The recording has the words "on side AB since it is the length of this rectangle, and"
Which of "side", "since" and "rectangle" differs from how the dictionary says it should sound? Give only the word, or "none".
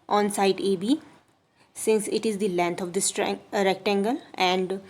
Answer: none